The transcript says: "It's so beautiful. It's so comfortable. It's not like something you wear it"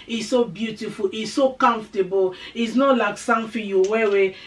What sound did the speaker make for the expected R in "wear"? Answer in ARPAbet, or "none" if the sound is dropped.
W